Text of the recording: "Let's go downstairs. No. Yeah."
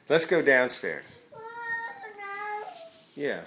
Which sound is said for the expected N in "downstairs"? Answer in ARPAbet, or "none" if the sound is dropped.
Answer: N